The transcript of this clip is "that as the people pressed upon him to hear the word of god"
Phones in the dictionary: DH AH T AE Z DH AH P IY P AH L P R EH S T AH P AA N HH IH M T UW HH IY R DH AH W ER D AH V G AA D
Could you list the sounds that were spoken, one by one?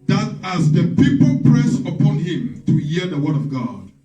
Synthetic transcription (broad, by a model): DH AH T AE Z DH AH P IY P AH L P R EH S AH P AA N HH IH M T UW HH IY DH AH W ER D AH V G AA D